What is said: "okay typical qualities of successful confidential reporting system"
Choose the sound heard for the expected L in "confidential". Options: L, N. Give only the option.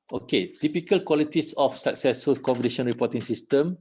N